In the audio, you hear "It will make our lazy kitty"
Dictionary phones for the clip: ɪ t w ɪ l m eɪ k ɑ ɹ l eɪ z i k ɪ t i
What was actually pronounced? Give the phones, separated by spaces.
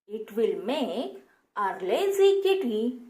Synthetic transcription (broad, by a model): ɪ t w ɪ l m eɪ ɑ ɹ l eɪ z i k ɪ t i